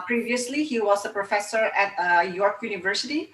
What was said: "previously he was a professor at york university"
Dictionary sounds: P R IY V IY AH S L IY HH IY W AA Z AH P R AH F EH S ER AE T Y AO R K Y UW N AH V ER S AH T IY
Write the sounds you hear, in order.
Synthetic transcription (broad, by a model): P R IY V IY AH S L IY HH IY W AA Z AH P R AH F EH S ER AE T Y AO R K Y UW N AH V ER S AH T IY